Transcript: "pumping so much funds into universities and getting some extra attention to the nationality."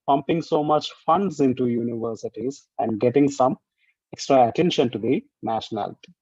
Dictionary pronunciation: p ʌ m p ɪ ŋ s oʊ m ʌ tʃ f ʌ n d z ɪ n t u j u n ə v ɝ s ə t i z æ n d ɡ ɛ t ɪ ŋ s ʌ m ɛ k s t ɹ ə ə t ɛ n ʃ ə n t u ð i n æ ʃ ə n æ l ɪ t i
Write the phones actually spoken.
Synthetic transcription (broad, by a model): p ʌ m p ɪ ŋ s oʊ m ʌ tʃ f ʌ n d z ɪ n t u j u n ə v ɝ s ə t i z æ n d ɡ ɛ t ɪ ŋ s ʌ m ɛ k s t ɹ ə ə t ɛ n ʃ ə n t u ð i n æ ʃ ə n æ l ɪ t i